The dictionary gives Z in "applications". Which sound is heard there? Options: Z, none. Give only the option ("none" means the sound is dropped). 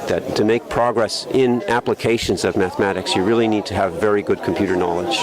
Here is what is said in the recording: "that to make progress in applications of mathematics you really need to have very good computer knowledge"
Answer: Z